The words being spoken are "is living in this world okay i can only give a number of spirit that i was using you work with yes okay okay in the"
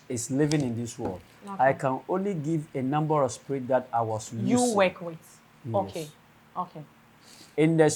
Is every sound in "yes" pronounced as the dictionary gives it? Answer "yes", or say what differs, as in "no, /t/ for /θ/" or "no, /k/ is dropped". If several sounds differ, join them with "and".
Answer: no, /s/ is dropped